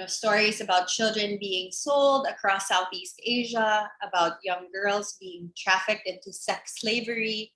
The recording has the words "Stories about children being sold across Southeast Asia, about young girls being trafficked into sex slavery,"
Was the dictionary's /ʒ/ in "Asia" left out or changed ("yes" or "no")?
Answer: no